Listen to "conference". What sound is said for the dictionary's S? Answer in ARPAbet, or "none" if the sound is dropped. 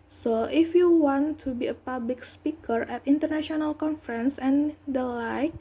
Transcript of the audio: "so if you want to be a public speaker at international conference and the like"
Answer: S